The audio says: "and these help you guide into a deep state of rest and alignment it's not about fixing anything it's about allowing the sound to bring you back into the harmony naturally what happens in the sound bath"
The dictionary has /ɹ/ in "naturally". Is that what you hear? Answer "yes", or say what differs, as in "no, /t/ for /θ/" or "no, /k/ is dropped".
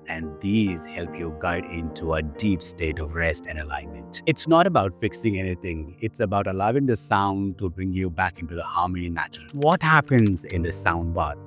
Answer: no, /ɹ/ is dropped